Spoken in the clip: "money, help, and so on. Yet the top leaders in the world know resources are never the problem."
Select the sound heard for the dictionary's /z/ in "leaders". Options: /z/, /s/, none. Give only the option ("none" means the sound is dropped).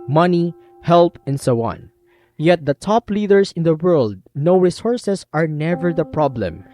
/s/